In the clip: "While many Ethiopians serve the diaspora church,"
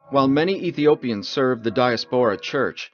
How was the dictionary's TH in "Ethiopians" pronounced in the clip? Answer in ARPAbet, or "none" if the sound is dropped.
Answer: TH